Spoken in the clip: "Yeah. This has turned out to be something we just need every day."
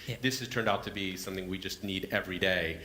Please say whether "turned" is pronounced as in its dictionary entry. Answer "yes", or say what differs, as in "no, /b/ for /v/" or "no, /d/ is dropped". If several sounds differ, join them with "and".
yes